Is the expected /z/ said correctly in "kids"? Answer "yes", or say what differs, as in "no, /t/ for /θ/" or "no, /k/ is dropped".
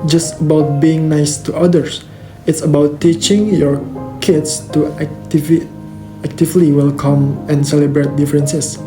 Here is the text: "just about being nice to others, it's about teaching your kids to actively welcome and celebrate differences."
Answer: no, /s/ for /z/